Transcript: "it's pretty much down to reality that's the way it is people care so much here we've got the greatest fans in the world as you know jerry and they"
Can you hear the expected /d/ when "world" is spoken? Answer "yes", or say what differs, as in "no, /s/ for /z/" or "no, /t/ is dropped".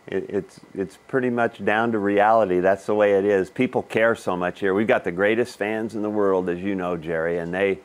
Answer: yes